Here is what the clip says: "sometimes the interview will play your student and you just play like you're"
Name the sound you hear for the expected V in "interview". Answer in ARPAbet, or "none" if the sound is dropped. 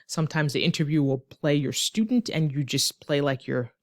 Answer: V